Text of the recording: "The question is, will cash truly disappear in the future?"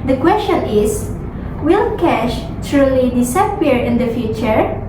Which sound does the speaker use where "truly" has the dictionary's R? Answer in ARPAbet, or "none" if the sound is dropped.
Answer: R